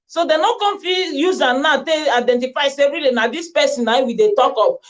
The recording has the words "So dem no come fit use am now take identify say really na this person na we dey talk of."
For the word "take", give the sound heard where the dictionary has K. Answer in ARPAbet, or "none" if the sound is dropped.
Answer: none